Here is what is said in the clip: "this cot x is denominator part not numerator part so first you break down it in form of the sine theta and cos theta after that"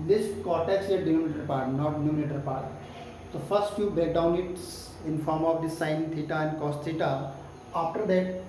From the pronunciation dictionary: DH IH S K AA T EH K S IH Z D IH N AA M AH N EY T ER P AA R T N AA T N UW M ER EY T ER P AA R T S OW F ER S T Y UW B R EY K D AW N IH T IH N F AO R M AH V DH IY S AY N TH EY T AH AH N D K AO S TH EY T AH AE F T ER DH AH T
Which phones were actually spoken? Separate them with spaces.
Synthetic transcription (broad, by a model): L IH S K AA T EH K S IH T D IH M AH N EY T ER P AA R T N AA T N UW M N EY T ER P AA R T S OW F ER S T Y UW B EY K D AW N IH T IH N F AO R M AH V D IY S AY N T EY T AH AH N D K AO S T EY T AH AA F T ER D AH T